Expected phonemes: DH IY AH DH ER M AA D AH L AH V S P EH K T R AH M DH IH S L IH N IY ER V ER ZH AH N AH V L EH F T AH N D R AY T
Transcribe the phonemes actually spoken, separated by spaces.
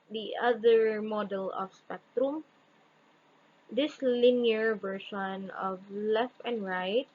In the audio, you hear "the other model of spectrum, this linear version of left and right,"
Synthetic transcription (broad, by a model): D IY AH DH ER M AA D AH L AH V S P EH K T R AH M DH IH S L IH N IY ER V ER SH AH N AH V L EH F T AH N D R AY T